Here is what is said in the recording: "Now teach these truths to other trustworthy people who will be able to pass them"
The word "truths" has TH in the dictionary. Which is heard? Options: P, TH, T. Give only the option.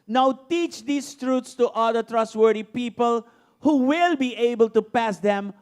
T